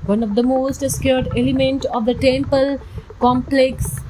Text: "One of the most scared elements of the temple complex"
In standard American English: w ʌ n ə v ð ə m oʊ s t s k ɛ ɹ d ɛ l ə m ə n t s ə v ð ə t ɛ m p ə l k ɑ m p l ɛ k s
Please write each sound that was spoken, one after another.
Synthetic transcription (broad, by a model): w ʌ n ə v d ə m oʊ s t s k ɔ ɹ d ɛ l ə m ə n t ə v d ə t ɛ m p ə l k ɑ m p l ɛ k s